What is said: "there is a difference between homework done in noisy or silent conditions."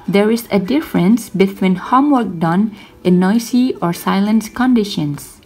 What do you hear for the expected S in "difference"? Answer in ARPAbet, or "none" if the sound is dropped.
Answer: S